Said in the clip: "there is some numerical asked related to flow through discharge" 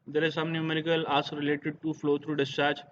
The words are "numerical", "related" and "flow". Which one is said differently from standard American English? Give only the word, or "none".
none